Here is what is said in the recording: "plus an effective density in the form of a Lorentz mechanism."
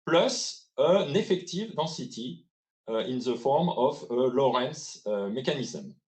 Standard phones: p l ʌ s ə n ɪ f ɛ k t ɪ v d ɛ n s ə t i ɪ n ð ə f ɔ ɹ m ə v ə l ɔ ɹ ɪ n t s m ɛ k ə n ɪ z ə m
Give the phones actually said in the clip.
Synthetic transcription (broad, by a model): p l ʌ s ə n ɪ f ɛ k t ɪ v d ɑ s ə t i ɪ n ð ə f ɔ ɹ m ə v ə l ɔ ɹ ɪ n s m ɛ k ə n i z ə m